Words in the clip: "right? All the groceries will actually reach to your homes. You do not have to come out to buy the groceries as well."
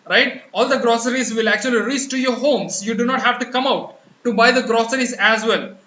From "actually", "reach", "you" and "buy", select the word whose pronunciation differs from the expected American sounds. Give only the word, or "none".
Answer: reach